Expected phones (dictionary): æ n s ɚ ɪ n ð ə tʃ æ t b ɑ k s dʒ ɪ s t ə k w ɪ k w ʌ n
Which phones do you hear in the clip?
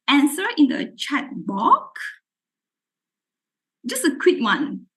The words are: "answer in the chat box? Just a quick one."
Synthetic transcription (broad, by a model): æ n s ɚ ɪ n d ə tʃ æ t b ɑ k dʒ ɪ s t ə k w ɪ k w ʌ n